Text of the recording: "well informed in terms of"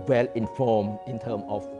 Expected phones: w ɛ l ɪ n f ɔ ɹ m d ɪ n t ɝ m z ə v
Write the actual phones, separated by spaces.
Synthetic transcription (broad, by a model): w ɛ l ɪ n f ɔ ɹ m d ɪ n t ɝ m ə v